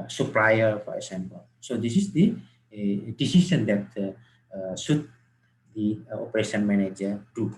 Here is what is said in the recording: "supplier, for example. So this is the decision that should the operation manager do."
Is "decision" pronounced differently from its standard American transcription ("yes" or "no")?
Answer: yes